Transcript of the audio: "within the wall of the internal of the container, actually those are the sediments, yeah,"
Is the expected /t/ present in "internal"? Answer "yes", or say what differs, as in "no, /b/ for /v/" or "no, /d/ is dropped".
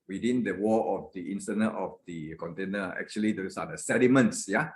no, /s/ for /t/